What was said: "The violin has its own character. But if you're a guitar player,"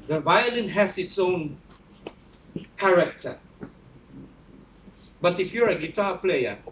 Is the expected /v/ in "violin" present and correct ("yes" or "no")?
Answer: yes